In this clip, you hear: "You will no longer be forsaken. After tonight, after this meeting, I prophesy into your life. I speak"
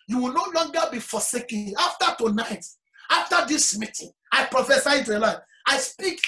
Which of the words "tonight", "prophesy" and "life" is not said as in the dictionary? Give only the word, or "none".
life